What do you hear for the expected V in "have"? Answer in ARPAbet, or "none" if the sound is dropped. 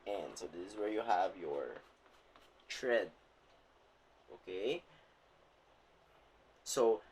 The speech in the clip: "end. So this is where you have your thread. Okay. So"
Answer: V